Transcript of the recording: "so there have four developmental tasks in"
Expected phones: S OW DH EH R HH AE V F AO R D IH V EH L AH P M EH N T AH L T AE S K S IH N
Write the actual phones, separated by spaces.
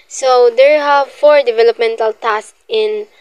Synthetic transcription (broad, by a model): S OW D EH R HH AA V F AO R D IH V EH L AH P M EH N T AH L T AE S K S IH N